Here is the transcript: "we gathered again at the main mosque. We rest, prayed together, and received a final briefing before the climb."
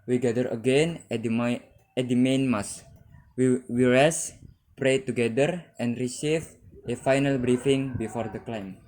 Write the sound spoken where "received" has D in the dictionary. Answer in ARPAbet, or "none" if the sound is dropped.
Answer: none